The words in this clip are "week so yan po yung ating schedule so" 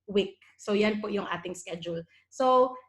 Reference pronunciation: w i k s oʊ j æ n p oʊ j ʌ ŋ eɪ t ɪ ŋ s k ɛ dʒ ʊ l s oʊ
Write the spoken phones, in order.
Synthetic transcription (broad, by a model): w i k s oʊ j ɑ n p oʊ j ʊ ŋ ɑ t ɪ ŋ s k ɛ dʒ ʊ l s oʊ